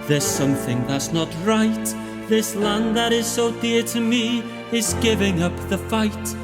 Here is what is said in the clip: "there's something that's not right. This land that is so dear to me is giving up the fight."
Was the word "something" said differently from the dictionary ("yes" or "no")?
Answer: no